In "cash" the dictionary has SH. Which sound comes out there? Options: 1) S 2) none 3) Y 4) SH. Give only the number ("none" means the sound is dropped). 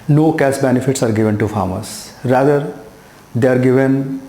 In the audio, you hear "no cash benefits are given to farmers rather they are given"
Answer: 1